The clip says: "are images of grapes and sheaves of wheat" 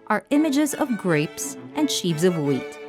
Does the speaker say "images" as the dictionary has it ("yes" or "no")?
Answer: yes